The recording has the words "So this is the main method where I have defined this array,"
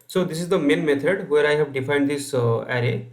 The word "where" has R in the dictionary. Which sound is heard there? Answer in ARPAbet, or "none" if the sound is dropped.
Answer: R